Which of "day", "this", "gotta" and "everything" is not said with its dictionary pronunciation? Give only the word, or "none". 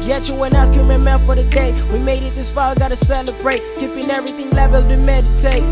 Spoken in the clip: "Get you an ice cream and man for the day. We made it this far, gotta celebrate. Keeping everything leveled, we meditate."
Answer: none